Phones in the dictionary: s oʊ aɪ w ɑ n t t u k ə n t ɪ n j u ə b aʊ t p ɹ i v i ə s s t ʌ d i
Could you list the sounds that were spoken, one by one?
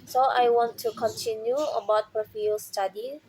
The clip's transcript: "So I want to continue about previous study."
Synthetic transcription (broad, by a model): s oʊ aɪ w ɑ n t t u k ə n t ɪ n j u ə b aʊ t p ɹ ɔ f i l s t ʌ d i